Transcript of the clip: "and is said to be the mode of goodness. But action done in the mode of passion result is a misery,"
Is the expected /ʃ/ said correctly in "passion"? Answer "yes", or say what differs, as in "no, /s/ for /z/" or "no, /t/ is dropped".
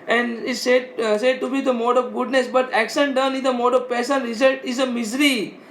no, /s/ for /ʃ/